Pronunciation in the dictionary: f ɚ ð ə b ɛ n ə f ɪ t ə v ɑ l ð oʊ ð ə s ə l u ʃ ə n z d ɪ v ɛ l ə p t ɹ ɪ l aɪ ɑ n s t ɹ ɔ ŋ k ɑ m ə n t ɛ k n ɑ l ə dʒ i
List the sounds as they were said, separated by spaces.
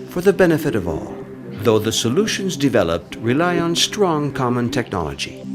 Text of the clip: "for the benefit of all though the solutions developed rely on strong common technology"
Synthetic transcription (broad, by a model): f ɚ ð ə b ɛ n ə f ɪ t ə v ɑ l ð oʊ ð ə s ə l u ʃ ə n z d ɪ v ɛ l ə p t ɹ ɪ l aɪ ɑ n s t ɹ ɔ ŋ k ɑ m ə n t ɛ k n ɑ l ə dʒ i